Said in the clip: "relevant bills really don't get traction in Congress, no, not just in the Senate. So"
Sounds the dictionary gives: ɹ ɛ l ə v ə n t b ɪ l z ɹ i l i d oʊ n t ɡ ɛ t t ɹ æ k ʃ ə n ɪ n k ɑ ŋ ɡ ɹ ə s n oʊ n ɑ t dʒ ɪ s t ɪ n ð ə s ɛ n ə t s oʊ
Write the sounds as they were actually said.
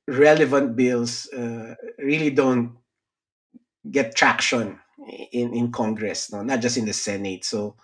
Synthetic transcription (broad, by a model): ɹ ɛ l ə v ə n t b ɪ l s ɹ i l i d oʊ n t ɡ ɛ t t ɹ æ k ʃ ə n ɪ n k ɑ ŋ ɡ ɹ ə s n oʊ n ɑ t dʒ ɪ s t ɪ n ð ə s ɛ n ə t s oʊ